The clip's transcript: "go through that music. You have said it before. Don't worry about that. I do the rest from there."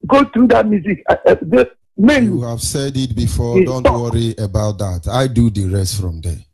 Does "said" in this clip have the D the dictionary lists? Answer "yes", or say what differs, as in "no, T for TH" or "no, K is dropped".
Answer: yes